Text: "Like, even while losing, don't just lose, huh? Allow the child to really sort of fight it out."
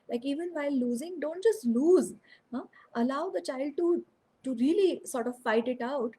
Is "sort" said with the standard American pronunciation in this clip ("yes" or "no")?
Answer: yes